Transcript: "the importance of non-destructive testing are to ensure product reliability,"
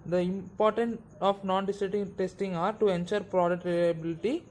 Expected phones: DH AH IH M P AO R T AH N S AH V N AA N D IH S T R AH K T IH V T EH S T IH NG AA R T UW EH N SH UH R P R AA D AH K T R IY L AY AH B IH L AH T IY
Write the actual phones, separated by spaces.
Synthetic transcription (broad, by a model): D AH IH M P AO R T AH N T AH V N AA N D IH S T AH T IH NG T EH S T IH NG AA R T UW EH N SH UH R P R AA D AH K T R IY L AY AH B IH L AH T IY